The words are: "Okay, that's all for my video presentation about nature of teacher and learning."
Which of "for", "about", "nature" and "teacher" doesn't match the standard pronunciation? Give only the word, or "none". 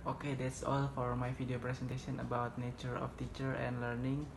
none